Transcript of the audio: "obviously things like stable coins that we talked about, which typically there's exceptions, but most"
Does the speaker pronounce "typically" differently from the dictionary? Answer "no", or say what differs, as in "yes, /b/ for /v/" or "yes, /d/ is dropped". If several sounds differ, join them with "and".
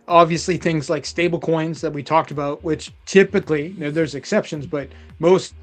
yes, /n/ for /l/